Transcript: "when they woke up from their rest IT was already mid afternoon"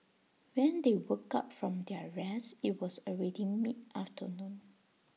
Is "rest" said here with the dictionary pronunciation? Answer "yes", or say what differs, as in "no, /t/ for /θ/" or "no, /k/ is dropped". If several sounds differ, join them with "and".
no, /t/ is dropped